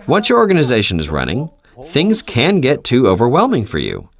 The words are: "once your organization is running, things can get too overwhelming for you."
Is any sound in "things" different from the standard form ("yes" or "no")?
no